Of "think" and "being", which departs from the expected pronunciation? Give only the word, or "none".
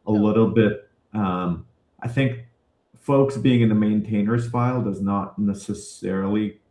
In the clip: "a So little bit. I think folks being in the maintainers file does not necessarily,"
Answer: none